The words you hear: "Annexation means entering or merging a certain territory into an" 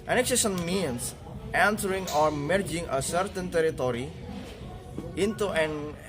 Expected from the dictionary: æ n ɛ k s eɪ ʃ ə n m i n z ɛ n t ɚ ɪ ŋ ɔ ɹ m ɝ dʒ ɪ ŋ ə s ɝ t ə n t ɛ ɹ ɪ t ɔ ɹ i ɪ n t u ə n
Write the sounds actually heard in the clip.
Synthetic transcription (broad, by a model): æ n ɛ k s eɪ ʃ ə n m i n s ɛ n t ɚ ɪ ŋ ɔ ɹ m ɝ dʒ ɪ ŋ ə s ɝ t ə n t ɛ ɹ ɪ t ɔ ɹ i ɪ n t u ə n